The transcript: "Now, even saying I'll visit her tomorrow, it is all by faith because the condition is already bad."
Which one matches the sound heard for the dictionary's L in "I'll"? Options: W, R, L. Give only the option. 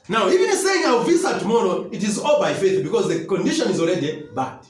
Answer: W